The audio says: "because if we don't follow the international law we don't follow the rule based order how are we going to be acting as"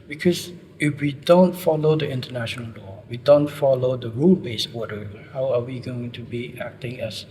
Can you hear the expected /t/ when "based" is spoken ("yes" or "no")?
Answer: no